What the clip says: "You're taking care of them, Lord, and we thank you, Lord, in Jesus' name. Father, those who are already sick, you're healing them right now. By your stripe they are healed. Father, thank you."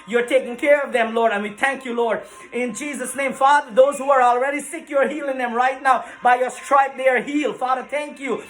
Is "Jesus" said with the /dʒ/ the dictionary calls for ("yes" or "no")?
yes